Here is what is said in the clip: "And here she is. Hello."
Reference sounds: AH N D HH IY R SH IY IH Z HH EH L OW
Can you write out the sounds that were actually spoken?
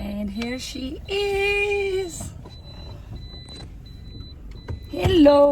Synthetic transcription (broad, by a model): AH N HH IY R SH IY IH Z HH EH L OW